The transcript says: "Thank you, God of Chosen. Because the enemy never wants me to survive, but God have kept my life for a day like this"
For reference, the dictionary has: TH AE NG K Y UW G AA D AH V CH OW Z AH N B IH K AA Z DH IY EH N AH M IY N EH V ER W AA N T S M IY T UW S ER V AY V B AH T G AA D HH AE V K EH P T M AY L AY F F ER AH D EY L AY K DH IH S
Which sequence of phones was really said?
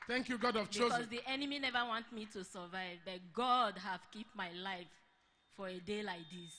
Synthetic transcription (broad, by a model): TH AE NG K Y UW G AA D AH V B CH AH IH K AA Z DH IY EH N AH M IY N EH V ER W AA N T M IY T UW S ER V AY V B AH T G AA D HH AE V K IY P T M AY L AY F F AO AH D EY L AY K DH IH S